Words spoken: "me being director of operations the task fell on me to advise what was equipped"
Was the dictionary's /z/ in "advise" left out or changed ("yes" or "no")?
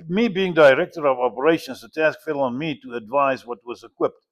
no